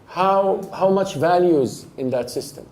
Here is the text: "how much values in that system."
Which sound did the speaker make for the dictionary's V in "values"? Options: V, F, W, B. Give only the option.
V